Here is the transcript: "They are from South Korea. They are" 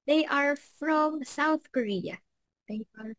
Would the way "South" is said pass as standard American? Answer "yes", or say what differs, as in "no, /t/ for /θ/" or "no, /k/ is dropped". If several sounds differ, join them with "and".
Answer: yes